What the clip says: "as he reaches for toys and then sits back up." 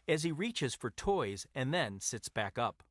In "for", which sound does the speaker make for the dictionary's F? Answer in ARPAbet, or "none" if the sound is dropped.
F